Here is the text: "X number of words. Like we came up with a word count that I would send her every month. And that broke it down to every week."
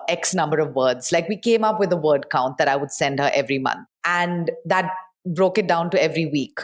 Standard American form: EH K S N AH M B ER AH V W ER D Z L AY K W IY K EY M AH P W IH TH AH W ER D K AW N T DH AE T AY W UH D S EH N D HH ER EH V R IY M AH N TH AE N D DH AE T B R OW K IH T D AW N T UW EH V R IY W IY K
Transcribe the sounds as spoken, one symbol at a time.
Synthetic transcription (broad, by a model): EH K S N AH M B ER AH V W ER D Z L AY K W IY K EY M AH P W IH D AH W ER D K AW N T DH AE T AY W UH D S EH N D HH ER EH V R IY M AH N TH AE N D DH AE T B R OW K IH T D AW N T UW EH V R IY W IY K